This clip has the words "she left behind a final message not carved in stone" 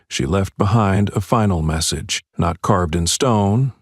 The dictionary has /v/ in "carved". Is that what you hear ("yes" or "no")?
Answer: yes